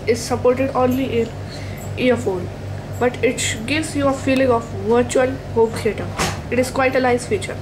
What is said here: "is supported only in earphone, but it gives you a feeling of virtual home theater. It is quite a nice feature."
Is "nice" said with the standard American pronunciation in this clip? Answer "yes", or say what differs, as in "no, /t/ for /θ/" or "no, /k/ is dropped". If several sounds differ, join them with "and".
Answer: no, /l/ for /n/